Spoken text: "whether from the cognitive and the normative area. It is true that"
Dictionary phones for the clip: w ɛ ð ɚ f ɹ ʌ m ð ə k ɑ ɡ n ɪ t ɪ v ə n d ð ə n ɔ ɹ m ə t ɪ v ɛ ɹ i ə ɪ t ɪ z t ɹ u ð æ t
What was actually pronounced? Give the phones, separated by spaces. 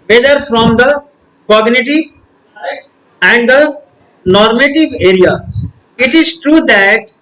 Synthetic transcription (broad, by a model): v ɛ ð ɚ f ɹ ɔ m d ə k ɑ ɡ n ɪ t ɪ v ə n d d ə n ɔ ɹ m ə t ɪ v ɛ ɹ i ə ɪ t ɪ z t ɹ u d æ t